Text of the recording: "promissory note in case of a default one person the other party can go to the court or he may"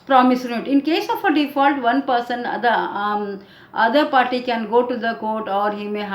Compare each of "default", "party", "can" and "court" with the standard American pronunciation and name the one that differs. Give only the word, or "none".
none